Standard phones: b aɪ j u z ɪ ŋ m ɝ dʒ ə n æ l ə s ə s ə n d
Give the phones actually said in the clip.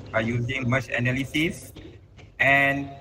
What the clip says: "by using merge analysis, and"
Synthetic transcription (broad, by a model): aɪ j u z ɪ ŋ m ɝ tʃ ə n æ l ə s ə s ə n